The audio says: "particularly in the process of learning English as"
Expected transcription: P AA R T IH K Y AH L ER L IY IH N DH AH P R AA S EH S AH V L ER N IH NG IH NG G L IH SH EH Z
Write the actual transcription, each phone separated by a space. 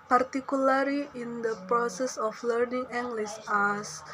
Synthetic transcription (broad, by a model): P AA R T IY K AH L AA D IY IH N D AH P R AA S EH S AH F L ER N IH NG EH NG G L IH S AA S